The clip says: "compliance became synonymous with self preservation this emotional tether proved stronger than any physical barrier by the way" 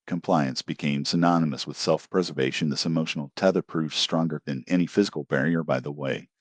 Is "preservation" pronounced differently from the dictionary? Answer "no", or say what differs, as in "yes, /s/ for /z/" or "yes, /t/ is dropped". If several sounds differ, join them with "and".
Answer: no